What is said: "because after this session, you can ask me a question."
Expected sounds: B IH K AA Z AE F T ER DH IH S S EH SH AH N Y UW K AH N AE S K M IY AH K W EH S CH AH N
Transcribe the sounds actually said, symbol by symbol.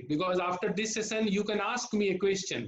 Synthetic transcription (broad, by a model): B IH K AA Z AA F T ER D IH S S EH S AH N Y UW K AH N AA S K M IY AH K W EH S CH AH N